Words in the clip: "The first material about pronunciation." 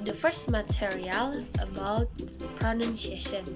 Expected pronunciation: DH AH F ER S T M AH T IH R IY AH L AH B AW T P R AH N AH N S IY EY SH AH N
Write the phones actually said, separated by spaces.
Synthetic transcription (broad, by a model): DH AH F ER S T M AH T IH R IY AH L AH B AW T P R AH N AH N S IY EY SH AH N